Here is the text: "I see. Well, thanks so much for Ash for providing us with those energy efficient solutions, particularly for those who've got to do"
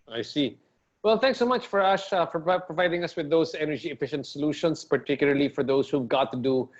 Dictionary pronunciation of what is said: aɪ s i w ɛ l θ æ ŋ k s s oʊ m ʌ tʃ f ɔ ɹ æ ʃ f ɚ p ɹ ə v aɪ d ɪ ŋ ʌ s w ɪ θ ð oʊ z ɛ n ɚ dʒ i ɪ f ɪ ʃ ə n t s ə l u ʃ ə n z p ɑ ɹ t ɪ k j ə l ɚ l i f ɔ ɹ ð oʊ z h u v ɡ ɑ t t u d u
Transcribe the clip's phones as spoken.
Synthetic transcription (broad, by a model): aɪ s i w ɛ l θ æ ŋ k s s oʊ m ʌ tʃ f ɔ ɹ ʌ s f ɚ p ɹ ə v aɪ d ɪ ŋ ʌ s w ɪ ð oʊ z ɛ n ɚ dʒ i ɪ f ɪ ʃ ə n t s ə l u ʃ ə n s p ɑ ɹ t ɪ k j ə l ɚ l i f ɔ ɹ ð oʊ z h u v ɡ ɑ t t u d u